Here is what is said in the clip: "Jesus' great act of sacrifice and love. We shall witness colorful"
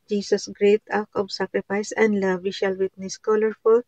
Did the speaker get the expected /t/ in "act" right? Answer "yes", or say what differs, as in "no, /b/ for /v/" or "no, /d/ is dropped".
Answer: no, /t/ is dropped